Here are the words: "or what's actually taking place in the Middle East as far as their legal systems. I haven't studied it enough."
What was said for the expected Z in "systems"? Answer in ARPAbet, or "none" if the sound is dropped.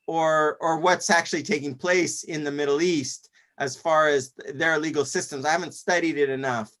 Z